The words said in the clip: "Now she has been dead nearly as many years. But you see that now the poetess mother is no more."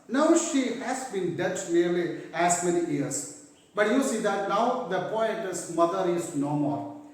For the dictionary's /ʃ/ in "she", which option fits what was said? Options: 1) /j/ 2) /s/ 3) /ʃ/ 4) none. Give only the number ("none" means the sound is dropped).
3